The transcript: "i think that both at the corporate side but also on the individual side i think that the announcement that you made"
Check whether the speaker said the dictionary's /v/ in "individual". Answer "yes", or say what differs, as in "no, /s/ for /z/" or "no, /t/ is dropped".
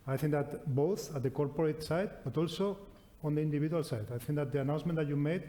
no, /b/ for /v/